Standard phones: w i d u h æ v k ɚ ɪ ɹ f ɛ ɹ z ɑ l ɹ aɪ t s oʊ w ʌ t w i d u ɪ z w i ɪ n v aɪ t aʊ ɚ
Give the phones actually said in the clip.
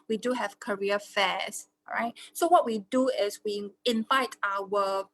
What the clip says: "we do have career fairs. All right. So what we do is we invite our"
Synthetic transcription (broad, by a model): w i d u h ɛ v k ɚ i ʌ f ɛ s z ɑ ɹ aɪ t s oʊ w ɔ t w i d u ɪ s w i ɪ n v aɪ t aʊ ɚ